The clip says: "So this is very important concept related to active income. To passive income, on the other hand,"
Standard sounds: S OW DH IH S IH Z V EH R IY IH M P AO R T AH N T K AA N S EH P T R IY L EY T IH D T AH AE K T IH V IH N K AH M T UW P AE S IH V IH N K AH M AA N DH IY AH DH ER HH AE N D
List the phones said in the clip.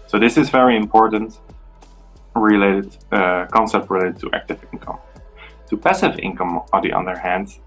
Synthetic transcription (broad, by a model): S OW DH IH S IH Z V EH R IY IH M P AO R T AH L T K AA N S EH P T R IY L EY T IH D T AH AE K T IH V IH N K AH M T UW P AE S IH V IH N K AH M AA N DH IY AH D ER HH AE N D